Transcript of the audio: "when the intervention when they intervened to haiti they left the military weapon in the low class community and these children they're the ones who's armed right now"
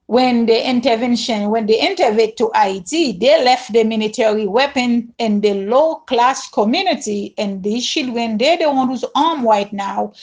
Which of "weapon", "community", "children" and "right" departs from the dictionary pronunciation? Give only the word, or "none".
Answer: children